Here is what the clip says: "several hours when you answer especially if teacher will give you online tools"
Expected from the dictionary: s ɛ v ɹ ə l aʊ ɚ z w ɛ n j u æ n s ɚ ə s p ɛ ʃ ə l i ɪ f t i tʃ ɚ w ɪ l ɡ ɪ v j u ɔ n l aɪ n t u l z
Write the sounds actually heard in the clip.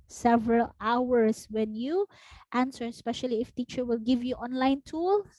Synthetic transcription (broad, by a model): s ɛ v ɹ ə l aʊ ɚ s w ɛ n j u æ n s ɚ s p ɛ ʃ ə l i ɪ f t i tʃ ɚ w ɪ l ɡ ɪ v j u ɔ n l aɪ n t u l